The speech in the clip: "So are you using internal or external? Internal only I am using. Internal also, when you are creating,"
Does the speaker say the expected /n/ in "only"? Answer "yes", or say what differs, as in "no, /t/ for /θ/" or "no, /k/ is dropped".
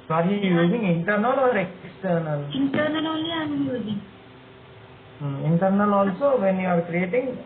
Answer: no, /n/ is dropped